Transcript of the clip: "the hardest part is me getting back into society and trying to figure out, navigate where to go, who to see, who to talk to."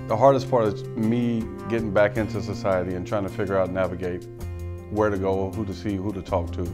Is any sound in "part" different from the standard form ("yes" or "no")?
no